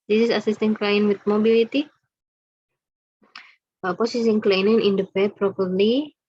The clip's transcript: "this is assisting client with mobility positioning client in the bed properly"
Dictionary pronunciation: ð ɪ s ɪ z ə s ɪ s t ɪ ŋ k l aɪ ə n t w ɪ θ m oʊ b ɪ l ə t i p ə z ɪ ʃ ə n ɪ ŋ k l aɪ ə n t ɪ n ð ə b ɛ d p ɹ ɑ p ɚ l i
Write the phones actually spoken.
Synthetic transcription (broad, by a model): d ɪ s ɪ s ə s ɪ s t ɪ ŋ k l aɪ n w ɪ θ m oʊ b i l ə t i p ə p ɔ s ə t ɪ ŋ k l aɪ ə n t ɪ n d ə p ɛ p ɹ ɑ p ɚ l i